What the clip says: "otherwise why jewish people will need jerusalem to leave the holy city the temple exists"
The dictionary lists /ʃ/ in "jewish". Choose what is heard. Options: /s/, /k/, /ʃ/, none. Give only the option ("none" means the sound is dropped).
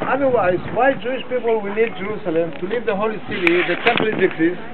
/ʃ/